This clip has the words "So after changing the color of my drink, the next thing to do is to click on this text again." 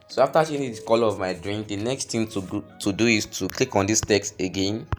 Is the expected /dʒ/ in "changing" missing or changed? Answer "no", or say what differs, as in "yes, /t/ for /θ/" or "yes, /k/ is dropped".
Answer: yes, /dʒ/ is dropped